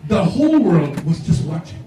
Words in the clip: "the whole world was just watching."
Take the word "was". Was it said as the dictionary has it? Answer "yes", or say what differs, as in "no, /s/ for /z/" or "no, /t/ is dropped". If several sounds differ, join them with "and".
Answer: yes